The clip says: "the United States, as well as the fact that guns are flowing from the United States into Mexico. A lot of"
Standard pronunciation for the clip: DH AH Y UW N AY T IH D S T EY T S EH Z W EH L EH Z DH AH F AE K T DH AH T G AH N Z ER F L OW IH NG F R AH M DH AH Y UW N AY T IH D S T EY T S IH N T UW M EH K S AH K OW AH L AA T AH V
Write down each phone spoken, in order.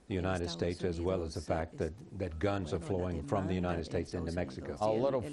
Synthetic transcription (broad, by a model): DH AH Y UW N AY T IH D S T EY T S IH Z W EH L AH Z DH AH F AE K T DH AH T G AH N Z ER F L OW IH NG F R AH M DH AH Y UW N AY T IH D S T EY T S IH N T UW M EH K S AH K OW AH L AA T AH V